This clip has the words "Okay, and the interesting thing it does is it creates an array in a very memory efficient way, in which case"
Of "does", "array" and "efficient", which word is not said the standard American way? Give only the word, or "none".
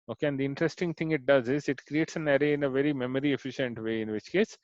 none